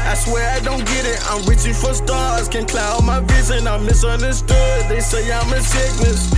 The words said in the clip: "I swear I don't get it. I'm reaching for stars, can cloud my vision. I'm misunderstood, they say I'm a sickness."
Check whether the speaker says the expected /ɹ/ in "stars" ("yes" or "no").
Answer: no